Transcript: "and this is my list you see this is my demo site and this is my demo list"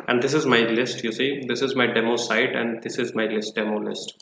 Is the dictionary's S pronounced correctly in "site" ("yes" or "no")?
yes